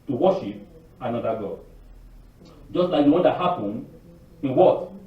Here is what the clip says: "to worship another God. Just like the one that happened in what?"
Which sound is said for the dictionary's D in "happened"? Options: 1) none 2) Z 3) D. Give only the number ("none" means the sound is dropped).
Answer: 1